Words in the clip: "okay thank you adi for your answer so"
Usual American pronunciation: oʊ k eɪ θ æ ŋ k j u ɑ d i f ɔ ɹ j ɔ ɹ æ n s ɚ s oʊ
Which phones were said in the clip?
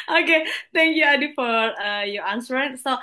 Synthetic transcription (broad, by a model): oʊ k eɪ t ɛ ŋ k j u ɑ d i f ɔ ɹ j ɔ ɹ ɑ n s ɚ s oʊ